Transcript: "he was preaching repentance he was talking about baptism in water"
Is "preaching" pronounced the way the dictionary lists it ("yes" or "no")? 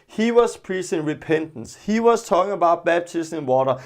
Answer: no